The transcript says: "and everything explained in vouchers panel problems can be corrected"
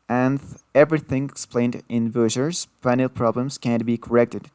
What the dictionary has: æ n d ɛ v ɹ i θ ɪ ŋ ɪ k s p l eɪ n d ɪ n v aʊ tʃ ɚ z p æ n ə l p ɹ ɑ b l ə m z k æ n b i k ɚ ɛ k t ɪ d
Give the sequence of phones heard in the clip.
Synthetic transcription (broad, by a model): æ n ɛ v ɹ i θ ɪ ŋ ɪ k s p l eɪ n d ɪ n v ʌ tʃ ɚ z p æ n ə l p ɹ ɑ b l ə m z k æ n b i k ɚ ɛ k t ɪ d